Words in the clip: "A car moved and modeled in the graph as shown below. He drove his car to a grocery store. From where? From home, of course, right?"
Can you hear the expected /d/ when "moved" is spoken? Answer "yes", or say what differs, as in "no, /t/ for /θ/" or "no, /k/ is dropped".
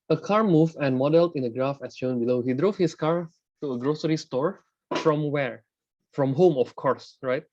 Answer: no, /d/ is dropped